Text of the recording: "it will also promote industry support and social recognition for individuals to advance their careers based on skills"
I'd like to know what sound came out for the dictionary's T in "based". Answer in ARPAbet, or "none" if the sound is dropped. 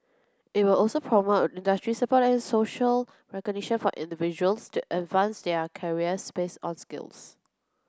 none